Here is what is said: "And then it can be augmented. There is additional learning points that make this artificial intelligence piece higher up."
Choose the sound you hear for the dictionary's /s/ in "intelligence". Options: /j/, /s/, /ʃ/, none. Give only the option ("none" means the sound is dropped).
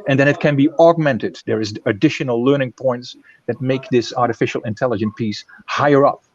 none